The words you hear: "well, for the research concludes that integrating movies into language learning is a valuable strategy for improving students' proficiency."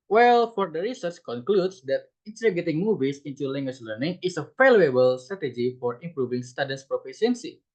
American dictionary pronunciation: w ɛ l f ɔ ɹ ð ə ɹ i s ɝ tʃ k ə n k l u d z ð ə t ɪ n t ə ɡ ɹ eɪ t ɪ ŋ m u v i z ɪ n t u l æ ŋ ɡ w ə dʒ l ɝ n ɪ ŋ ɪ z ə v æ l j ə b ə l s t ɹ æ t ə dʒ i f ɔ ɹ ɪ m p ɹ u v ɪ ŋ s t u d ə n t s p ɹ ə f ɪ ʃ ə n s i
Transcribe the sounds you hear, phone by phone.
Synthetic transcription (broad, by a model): w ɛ l f ɔ ɹ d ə ɹ i s ɝ tʃ k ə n k l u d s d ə t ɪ n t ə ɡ eɪ t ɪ ŋ m u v i s ɪ n t u l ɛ ŋ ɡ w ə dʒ l ɝ n ɪ ŋ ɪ s ə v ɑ l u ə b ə l s t ɹ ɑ t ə dʒ i f ɔ ɹ ɪ m p ɹ u v ɪ ŋ s t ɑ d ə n s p ɹ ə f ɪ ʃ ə n s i